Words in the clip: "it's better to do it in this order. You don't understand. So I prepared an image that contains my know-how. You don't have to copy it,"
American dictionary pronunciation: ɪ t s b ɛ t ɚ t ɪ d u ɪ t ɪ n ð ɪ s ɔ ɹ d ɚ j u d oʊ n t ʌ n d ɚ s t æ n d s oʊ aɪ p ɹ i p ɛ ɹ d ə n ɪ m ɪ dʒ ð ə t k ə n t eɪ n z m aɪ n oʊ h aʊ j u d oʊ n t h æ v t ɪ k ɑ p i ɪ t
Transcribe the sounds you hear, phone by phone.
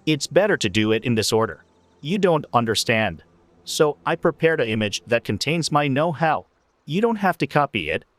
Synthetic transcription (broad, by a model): ɪ t s b ɛ t ɚ t ɪ d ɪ ɪ t ɪ n ð ɪ s ɔ ɹ d ɚ j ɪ d oʊ n t ʌ n d ɚ s t æ n d s oʊ aɪ p ɹ i p ɛ ɹ d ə ɪ m ɪ dʒ ð ə t k ə n t eɪ n z m aɪ n oʊ h aʊ j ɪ d oʊ n t h æ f t ɪ k ɑ p i ɪ t